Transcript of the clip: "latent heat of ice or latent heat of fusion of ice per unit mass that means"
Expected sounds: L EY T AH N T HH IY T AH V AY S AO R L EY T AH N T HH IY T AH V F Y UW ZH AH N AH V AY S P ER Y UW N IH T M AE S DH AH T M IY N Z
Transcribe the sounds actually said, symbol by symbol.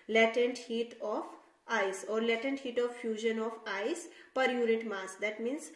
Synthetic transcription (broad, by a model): L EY T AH N T HH IY T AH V AY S AO R L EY T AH N T HH IY T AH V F Y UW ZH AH N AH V AY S P ER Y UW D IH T M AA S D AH T M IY N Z